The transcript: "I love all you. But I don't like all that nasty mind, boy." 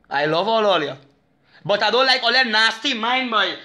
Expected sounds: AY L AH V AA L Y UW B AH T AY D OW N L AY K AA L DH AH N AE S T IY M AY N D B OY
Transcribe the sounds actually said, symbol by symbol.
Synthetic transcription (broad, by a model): AY L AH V AA L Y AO B AH T AY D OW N L AY K AA L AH N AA S T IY M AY N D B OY